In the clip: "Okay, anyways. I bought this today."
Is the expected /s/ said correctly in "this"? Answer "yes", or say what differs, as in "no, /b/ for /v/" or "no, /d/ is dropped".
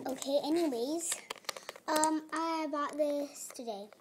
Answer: yes